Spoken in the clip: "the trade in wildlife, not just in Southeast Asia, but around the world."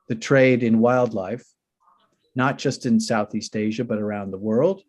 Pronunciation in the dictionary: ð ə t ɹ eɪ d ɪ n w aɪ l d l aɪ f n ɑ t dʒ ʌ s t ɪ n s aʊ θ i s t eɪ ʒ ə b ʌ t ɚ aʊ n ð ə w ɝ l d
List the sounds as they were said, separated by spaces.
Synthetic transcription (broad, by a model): ð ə t ɹ eɪ d ɪ n w aɪ l d l aɪ f n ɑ t dʒ ʌ s t ɪ n s aʊ θ i s t eɪ ʒ ə b ʌ t ɚ aʊ n ð ə w ɝ l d